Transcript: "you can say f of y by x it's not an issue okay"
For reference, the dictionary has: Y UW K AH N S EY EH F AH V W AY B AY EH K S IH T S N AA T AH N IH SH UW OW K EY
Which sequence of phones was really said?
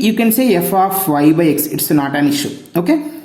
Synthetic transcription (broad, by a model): Y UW K AH N S EY EH F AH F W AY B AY EH K S IH T S N AA T AH N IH SH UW OW K EY